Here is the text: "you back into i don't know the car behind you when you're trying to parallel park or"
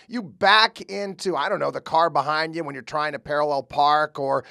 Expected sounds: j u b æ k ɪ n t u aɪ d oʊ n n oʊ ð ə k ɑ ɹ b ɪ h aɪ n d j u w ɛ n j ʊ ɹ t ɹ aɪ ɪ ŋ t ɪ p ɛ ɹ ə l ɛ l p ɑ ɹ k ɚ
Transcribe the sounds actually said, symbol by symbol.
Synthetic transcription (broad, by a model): j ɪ b æ k ɪ n t u aɪ d oʊ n n oʊ ð ə k ɑ ɹ b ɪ h aɪ n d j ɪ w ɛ n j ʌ ɹ t ɹ aɪ ɪ ŋ t ɪ p ɛ ɹ ə l ɛ l p ɑ ɹ k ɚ